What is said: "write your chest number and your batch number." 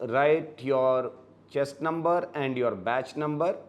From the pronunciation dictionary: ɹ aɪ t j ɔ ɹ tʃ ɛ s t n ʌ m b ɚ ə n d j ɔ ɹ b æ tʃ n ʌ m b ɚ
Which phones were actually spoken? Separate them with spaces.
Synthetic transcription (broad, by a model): ɹ aɪ t j ɔ ɹ tʃ ɛ s t n ʌ m b ɚ ə n d j ɔ ɹ b æ tʃ n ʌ m b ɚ